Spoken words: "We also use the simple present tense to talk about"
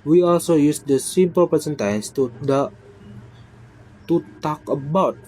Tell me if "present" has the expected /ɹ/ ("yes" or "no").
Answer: no